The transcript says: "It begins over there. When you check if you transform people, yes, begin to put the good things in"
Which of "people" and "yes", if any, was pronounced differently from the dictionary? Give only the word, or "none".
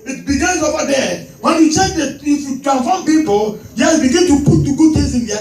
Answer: yes